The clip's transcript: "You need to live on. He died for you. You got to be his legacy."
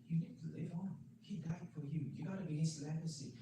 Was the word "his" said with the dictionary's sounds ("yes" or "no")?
no